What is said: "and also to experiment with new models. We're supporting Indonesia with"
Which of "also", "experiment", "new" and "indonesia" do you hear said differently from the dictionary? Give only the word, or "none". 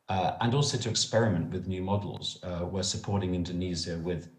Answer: indonesia